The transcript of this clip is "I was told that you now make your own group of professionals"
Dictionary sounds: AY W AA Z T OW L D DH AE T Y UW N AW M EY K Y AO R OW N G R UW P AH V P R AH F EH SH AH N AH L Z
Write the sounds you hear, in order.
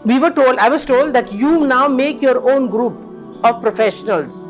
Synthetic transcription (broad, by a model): AY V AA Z T OW L D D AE T Y UW N AW M EY K Y AO R OW N G R UW P AH V P R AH F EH SH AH N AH L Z